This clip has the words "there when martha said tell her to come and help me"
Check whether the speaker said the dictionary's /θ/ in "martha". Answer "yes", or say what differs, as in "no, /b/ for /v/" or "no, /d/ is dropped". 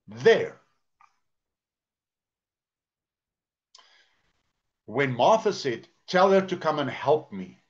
yes